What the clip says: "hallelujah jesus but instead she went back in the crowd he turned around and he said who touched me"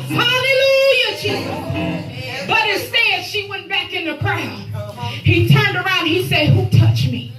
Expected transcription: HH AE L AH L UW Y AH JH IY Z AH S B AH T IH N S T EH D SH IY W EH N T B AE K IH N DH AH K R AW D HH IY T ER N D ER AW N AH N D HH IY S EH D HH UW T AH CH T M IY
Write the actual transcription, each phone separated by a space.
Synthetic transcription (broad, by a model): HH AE L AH L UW Y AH CH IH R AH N B AH T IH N S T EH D SH IY W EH N B AE K IH N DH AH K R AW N HH IY T ER N D ER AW AH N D HH IY S EH D HH UW T AH CH M IY